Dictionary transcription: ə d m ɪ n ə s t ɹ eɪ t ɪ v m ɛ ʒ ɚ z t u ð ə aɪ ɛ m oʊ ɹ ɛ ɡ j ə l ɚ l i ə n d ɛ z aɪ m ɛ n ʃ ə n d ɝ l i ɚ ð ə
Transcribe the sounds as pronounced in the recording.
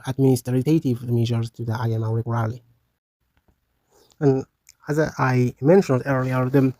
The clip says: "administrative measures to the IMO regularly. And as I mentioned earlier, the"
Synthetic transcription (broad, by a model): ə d m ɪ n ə s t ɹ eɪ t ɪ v m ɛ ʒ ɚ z t u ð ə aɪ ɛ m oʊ w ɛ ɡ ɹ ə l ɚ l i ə n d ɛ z aɪ m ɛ n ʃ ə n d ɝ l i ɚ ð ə